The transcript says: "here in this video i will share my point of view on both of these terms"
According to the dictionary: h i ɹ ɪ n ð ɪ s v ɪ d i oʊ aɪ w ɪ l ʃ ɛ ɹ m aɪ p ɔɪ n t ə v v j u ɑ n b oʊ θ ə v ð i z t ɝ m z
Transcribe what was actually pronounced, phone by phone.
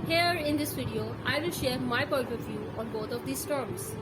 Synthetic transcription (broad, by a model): h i ɹ ɪ n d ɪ s v ɪ d i oʊ aɪ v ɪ l ʃ ɛ ɹ m aɪ p ɔɪ n t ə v v j u ɑ n b oʊ t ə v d i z t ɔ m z